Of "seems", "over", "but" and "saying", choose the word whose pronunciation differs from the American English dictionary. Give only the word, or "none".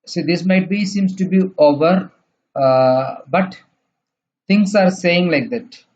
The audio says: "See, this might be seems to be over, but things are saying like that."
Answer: seems